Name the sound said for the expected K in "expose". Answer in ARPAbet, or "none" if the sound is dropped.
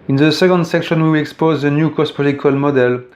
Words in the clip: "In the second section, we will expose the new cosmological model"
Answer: K